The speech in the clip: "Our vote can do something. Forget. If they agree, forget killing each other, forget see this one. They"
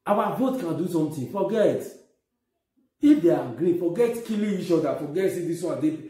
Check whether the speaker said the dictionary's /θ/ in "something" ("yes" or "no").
no